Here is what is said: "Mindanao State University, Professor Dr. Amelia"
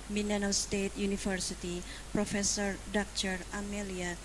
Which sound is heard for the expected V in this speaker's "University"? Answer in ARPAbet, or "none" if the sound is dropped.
F